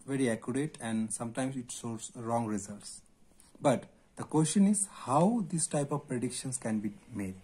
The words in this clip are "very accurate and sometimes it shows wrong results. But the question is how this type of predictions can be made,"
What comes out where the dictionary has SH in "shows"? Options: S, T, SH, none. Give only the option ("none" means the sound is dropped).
S